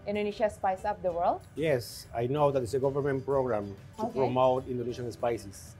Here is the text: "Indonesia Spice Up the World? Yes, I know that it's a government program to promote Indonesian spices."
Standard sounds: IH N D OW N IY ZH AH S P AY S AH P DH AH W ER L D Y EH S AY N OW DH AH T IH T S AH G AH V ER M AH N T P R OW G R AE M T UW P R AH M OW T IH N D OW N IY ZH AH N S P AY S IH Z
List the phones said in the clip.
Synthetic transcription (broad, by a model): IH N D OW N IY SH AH S P AY S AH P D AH W ER L D Y EH S AY N OW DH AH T IH T S AH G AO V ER M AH N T P R OW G R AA M T UW P R AH M OW T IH N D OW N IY SH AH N S P AY S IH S